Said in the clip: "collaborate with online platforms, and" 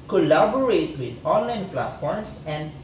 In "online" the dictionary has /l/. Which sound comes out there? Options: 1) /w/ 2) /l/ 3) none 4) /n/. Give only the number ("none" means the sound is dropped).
2